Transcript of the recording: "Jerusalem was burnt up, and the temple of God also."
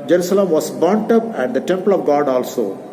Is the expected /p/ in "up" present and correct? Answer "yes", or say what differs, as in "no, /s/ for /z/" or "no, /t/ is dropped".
yes